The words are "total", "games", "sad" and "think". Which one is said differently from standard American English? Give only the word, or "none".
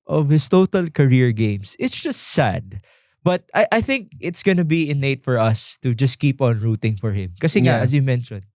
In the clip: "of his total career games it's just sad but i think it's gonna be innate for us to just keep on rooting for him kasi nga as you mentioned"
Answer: games